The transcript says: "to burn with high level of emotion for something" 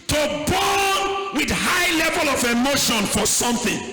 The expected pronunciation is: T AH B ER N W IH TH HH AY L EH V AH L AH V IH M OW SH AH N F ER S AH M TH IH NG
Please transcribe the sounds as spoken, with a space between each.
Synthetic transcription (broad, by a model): T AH B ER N W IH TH HH AY L EH V AH L AH V IH M OW SH AH N F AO S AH M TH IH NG